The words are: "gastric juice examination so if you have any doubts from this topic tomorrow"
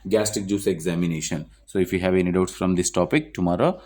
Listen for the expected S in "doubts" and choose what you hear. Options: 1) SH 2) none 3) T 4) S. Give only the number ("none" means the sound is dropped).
4